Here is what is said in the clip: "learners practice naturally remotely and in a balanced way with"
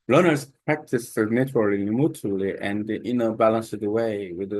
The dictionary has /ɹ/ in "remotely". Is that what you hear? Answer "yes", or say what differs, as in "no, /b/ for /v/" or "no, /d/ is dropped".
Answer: no, /l/ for /ɹ/